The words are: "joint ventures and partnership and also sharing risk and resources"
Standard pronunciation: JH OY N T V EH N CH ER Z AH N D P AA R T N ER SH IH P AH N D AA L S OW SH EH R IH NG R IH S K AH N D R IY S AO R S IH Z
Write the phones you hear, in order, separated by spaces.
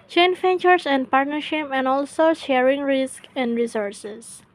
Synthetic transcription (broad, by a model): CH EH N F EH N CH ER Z AH N D P AA R T N ER SH IH P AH N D AA L S OW SH EH R IH NG R IH S K AH N D R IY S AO R S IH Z